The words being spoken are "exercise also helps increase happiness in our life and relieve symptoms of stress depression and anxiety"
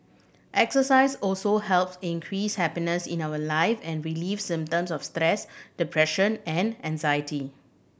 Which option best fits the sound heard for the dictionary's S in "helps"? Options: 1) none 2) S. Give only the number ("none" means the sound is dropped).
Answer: 2